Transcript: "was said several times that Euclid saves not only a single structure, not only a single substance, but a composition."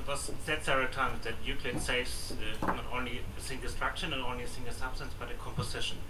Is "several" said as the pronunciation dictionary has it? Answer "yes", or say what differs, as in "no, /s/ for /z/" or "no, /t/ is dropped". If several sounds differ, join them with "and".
no, /v/ is dropped